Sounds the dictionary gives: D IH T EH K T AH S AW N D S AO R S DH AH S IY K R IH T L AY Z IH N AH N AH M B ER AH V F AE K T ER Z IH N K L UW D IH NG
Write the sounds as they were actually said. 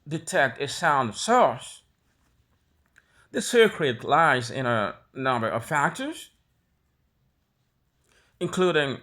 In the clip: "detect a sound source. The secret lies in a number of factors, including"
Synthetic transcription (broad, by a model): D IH T EH K T AH S AW N D S AO R S DH AH S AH K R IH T L AY Z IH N AH N AH M B ER AH V F AE K T ER Z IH N K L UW D IH NG